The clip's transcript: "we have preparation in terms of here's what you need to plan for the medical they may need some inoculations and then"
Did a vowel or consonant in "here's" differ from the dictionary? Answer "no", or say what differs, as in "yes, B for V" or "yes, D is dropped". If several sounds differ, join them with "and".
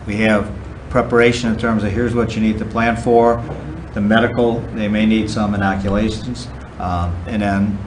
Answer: no